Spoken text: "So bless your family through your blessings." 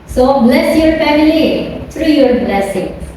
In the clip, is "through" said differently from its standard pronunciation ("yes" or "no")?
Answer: yes